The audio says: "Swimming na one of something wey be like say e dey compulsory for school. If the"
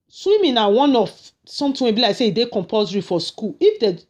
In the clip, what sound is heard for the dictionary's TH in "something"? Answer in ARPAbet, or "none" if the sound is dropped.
T